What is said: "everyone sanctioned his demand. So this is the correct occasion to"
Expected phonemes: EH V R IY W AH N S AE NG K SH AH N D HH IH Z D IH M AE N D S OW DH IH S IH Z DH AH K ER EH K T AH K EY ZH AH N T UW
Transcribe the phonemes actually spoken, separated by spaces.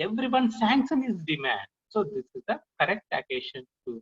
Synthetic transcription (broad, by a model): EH V R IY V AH N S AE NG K S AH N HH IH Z D IH M AE N D S OW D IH S IH Z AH K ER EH K T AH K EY SH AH N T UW